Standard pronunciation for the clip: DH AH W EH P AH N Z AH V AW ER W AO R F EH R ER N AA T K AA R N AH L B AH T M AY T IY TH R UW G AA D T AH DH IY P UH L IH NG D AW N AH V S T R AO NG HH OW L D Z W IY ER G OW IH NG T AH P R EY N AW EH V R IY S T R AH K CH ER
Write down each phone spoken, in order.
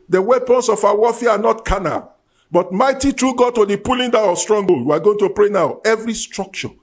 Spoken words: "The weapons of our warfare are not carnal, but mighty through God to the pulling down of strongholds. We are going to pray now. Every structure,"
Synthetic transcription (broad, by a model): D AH W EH P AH N S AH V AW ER W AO F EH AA N AA T K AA N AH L B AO T M AY T IY T R UW G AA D T AH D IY P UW L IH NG D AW AH S T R AO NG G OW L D W IY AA G OW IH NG T AH P R EY N AW EH V R IY S T R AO K CH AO